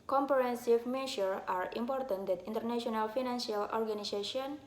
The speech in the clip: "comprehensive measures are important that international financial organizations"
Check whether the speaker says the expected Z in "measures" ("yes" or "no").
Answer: no